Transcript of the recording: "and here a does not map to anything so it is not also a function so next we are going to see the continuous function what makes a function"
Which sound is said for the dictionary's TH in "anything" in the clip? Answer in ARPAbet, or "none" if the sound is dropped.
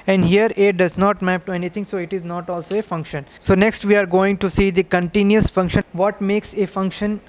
T